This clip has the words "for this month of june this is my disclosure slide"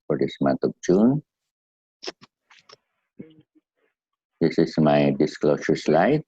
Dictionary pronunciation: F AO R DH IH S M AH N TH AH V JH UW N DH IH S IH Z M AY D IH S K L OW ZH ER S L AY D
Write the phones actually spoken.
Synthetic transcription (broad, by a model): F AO R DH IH S M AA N T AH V JH UW N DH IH S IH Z M AY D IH S K L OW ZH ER S L AY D